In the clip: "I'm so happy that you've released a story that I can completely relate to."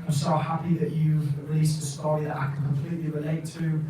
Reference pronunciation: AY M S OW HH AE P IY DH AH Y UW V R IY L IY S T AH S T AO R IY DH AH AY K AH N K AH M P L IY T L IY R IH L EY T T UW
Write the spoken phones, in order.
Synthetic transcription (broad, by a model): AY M S OW HH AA P IY DH AH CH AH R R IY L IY S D AH S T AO IY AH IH K AH N K AH M P L IY T L IY R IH L EY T T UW